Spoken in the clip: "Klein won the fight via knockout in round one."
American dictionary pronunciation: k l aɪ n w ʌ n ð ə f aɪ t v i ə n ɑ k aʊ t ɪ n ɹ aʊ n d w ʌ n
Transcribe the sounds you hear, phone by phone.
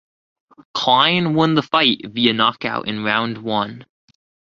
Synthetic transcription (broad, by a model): k l aɪ n w ʌ n ð ə f aɪ t v i ə n ɑ k aʊ t ɪ n ɹ aʊ n d w ʌ n